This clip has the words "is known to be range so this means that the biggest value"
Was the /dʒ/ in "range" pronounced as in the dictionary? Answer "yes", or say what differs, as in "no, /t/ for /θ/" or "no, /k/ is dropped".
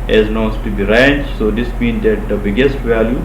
no, /tʃ/ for /dʒ/